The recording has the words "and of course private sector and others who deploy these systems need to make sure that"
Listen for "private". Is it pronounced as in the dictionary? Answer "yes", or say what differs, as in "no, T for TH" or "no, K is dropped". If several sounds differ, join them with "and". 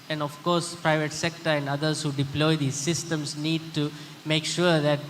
yes